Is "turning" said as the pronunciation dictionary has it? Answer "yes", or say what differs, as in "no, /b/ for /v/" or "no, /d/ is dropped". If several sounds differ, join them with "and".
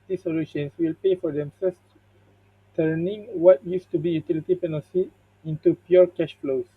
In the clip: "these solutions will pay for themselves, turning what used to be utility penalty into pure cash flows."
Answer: yes